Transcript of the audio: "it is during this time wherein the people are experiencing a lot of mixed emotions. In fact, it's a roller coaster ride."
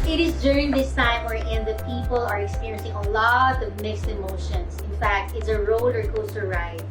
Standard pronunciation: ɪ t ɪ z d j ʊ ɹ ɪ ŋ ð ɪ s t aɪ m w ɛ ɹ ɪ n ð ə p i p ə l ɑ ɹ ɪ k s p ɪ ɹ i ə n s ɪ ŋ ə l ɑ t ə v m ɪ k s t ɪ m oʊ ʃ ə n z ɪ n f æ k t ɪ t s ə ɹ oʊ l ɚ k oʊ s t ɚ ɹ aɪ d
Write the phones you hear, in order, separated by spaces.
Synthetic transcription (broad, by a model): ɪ t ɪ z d j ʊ ɹ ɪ ŋ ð ɪ s t aɪ m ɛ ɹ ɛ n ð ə p i p ə l ɑ ɹ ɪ k s p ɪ ɹ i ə n s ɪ ŋ ə l ɑ t ə v m ɪ k s t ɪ m oʊ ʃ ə n s ɪ n f æ k t ɪ t s ə ɹ oʊ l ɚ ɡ oʊ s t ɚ ɹ aɪ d